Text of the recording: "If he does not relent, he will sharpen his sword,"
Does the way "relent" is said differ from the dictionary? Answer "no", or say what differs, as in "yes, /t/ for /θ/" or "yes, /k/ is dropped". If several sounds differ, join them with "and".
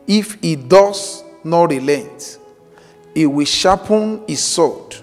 no